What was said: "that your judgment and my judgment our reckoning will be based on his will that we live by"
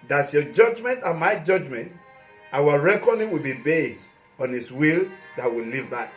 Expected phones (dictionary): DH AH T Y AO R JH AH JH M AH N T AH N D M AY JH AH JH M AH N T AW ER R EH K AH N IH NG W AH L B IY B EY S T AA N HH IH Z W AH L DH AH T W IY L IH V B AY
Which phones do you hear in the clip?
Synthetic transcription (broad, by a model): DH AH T Y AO JH AH JH M AH N T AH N M AY JH AH JH M AH N T AW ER R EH K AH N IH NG W AH L B IY B EY S T AA N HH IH S W AH L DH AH T W IY L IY V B AY